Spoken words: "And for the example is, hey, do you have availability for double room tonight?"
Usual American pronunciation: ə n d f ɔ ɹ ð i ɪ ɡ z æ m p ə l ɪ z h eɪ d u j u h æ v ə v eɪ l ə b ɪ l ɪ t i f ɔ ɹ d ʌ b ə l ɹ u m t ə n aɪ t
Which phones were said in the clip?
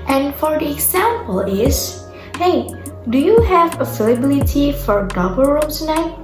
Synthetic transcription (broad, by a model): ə n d f ɔ ɹ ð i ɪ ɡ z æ m p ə l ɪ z h eɪ d u j u h æ v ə f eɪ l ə b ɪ l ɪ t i f ɔ ɹ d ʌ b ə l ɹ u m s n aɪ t